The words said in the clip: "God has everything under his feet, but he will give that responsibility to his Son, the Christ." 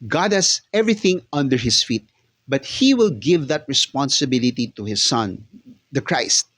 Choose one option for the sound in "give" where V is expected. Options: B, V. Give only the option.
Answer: V